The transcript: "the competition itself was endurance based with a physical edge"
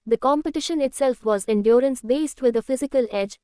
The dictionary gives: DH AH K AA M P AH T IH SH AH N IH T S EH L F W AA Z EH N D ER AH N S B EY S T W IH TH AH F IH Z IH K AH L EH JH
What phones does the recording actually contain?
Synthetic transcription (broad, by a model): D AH K AA M P AH T IH SH AH N IH T S EH L F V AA Z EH N D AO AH N S B EY S T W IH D AH F IH Z IH K AH L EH JH